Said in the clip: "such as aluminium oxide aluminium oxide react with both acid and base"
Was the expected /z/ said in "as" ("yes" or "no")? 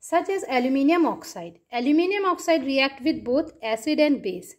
yes